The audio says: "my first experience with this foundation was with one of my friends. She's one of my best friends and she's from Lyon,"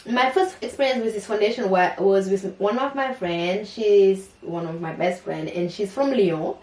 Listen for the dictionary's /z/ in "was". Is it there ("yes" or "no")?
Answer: yes